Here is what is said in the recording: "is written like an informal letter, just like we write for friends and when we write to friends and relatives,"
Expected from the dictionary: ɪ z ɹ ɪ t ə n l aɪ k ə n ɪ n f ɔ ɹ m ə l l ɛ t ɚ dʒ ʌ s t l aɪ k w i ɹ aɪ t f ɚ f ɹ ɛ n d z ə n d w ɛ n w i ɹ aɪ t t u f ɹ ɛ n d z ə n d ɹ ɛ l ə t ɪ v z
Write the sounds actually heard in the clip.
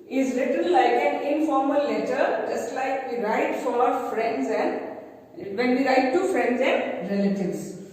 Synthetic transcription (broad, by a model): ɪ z l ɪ t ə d l aɪ k ə n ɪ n f ɔ ɹ m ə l l ɛ t ɚ dʒ ʌ s t l aɪ k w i ɹ aɪ t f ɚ f ɹ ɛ n d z ə n d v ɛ n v i ɹ aɪ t t u f ɹ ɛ n d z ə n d ɹ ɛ l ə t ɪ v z